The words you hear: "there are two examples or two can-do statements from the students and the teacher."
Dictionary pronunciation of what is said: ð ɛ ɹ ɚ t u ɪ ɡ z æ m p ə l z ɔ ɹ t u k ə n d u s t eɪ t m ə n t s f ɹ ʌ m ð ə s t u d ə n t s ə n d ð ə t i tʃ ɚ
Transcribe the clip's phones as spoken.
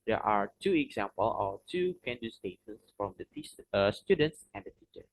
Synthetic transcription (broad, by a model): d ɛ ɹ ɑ t u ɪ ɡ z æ m p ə l ɔ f t u k ə n d u s t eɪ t ə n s f ɹ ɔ m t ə s t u d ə n t s ə n d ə t i tʃ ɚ